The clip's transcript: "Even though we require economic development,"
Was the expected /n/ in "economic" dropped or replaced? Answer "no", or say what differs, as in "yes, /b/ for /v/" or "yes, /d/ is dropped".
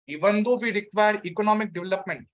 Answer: no